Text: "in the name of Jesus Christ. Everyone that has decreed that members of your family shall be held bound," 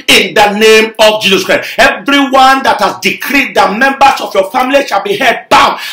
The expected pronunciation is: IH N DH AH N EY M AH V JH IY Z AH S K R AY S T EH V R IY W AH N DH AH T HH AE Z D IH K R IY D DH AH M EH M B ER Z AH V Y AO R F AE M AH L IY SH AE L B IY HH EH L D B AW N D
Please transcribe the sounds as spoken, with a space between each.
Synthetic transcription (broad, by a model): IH N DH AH N EY M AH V JH IY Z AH S K R AY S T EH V R IY W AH N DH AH T HH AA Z D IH K R IY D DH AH M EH M B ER S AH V Y AO F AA M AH L IY SH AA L B IY HH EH D B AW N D